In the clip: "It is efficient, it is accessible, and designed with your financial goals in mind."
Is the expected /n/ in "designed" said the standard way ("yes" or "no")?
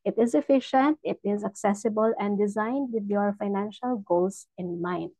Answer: yes